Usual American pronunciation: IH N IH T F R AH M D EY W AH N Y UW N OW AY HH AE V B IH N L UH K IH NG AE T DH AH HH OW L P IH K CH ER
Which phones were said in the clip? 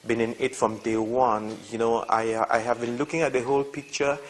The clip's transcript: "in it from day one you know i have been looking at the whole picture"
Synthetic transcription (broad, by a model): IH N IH T F R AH M D EY W AH N Y UW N OW AY HH AE V B IH N L UH K IH NG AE T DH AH HH OW L P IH K CH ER